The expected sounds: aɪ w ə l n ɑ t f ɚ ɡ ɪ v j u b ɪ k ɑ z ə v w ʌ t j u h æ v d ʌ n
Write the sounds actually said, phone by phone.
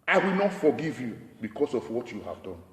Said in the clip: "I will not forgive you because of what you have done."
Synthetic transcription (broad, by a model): aɪ w ə l n ɑ t f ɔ ɡ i v j u b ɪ k ɑ s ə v w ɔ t j u h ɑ v d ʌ n